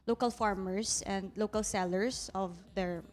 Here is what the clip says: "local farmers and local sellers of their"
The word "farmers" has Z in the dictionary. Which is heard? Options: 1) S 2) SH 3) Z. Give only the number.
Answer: 1